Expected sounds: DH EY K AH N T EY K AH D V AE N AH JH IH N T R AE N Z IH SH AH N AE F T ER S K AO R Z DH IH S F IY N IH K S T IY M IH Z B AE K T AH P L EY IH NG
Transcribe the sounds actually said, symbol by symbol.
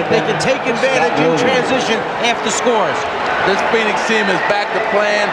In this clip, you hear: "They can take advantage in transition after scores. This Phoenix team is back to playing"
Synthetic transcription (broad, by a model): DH EY K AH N T EY K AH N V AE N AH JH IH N T R AE N Z IH SH AH N AE F T ER S K AO R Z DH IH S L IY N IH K S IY M IH Z B AE K T AH P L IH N